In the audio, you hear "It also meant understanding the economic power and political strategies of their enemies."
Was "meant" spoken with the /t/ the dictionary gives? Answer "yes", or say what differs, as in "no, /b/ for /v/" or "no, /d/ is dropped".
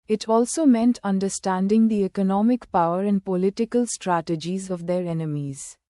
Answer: yes